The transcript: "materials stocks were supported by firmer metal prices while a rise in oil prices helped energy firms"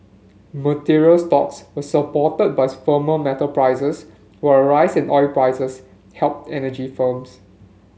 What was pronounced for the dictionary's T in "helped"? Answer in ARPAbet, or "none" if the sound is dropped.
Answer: T